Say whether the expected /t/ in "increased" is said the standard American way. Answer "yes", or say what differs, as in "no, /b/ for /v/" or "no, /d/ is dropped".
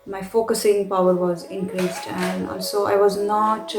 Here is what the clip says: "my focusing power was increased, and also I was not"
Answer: yes